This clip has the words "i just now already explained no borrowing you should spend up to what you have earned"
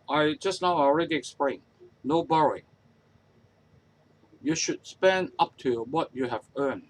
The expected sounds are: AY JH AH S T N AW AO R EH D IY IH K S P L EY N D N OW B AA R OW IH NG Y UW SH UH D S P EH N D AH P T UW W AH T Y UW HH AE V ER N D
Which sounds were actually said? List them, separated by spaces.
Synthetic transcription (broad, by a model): AY JH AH S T N AW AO R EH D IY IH K S P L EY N N OW B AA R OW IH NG Y UW SH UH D S P EH N D AH P T UW W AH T Y UW HH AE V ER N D